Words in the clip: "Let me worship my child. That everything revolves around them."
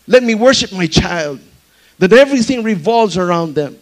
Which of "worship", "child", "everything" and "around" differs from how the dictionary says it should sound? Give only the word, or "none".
none